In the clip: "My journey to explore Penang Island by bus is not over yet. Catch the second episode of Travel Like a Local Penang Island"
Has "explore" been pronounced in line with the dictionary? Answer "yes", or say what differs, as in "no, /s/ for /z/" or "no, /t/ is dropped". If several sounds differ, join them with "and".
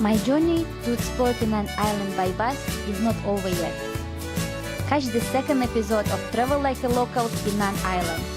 no, /l/ is dropped